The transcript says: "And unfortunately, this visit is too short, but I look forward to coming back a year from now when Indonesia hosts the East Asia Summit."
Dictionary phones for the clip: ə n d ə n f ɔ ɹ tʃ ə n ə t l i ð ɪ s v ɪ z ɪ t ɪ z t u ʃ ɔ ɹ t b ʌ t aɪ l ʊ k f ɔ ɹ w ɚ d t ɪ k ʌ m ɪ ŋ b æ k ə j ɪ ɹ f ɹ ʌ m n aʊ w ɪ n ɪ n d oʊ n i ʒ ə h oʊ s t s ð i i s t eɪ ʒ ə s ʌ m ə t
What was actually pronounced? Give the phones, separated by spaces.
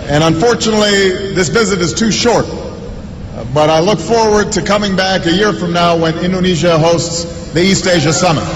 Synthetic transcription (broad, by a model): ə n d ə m f ɔ ɹ tʃ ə n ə t l i ð ɪ s v ɪ z ɪ t ɪ z t u ʃ ɔ ɹ t b ʌ t aɪ l ʊ k f ɔ ɹ w ɚ d t ɪ k ʌ m ɪ ŋ b æ k ə j ɪ ɹ f ɹ ʌ m n aʊ w ɪ n ɪ n d oʊ n i ʒ ə h oʊ s t s ð i i s t eɪ ʒ ə s ʌ m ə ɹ